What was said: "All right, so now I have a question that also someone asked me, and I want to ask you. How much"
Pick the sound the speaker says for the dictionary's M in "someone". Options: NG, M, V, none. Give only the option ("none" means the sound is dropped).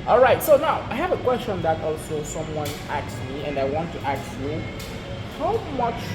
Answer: M